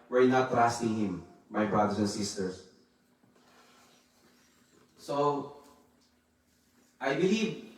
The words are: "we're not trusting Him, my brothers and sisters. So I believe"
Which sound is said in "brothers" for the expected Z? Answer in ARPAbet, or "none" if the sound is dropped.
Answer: S